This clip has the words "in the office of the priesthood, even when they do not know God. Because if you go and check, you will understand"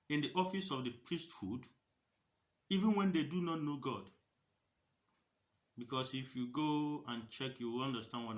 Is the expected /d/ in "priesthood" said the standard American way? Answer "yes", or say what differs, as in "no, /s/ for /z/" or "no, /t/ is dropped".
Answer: yes